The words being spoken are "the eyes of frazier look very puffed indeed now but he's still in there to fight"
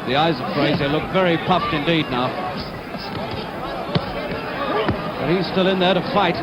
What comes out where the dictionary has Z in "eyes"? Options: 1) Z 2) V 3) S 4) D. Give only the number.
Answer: 1